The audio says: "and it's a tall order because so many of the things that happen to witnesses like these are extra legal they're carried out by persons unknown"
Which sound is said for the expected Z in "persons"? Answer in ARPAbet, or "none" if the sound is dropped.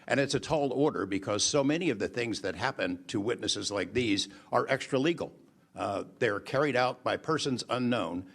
Z